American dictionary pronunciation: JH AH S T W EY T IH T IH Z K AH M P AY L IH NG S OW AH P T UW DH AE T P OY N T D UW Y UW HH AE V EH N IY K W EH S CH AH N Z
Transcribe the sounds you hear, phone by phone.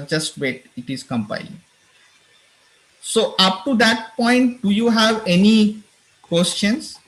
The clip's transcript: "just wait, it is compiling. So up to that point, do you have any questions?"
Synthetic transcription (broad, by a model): JH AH S T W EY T IH T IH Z K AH M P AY IH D S OW AH P T UW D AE T P OY N T D UW Y UW HH AE V EH N IY K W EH S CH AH N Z